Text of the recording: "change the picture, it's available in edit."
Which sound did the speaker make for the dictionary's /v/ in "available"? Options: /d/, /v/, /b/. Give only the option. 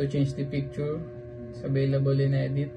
/b/